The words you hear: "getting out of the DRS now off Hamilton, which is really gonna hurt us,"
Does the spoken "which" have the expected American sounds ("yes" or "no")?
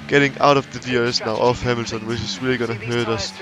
no